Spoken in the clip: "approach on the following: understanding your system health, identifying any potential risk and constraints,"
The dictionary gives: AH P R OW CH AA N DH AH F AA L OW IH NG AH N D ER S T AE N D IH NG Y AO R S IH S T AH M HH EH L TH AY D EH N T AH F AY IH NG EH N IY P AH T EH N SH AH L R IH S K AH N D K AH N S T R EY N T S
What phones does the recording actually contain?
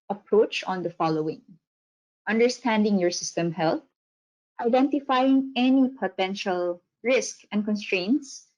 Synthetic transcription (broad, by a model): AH P R OW CH AA N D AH F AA L OW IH NG AH N D ER S T AE N D IH NG Y AO R S IH S T AH M HH EH L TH AY D EH N T AH F AY IH NG EH N IY P AH T EH N SH AH L R IH S K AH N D K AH N S T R EY N T S